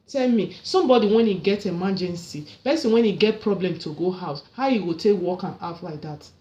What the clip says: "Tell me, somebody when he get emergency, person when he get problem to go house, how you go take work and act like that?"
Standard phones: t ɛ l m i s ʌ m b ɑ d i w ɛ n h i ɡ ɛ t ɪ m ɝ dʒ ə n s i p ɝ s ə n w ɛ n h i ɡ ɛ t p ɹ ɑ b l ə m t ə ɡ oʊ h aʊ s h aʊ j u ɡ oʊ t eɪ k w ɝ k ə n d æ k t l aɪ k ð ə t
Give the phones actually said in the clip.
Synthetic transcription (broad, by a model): t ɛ l m i s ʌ m b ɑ d i w ɛ n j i ɡ ɛ t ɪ m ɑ dʒ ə n s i b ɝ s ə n w ɛ n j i ɡ ɛ t p ɹ ɑ b l ə m t ə ɡ oʊ h aʊ s h aʊ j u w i t eɪ k w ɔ k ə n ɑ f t l aɪ k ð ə t